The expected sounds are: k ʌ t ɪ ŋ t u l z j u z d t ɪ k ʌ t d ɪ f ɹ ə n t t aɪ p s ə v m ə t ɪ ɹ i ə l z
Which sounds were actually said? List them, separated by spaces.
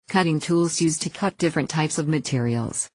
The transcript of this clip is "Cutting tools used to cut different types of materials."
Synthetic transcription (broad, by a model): k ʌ t ɪ ŋ t u l z j u z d t ɪ k ʌ t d ɪ f ɹ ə n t t aɪ p s ə v m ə t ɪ ɹ i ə l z